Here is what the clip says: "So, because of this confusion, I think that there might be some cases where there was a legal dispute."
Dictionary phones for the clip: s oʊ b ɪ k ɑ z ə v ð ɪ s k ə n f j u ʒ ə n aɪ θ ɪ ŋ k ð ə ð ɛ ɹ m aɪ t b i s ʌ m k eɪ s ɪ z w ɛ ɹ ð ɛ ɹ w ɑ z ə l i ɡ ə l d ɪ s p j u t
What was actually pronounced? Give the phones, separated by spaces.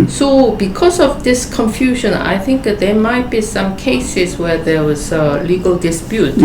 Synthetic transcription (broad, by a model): s oʊ b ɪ k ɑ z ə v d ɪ s k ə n f j u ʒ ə n aɪ θ ɪ ŋ k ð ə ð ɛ m aɪ t b i s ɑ m k eɪ s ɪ s w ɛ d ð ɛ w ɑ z ə l i ɡ ə l d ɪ s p j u t